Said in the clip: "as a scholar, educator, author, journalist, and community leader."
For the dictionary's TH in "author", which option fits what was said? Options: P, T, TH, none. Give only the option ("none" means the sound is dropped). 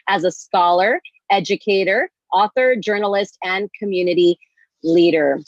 TH